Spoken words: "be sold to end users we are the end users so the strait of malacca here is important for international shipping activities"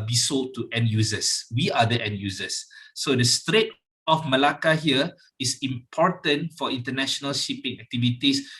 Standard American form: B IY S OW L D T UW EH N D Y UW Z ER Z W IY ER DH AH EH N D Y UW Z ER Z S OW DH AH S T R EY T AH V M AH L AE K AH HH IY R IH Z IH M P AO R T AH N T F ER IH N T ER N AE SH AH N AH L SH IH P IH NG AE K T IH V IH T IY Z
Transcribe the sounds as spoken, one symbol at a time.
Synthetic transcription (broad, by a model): B IY S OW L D T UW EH N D Y UW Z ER S W IY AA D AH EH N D Y UW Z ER S OW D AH S T R EY T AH F M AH L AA K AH HH IY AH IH S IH M P AO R T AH N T F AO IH N T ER N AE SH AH N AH L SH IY P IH NG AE K T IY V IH T IY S